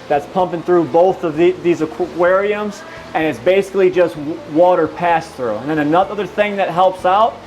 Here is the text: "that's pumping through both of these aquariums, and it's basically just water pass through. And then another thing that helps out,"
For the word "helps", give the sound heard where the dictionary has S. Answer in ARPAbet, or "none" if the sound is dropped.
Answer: S